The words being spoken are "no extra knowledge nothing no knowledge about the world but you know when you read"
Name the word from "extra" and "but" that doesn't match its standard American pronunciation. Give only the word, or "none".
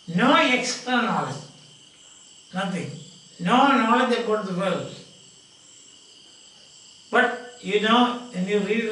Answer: extra